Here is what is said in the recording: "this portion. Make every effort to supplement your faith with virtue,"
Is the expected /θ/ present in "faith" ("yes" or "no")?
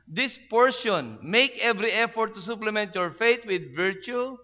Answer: no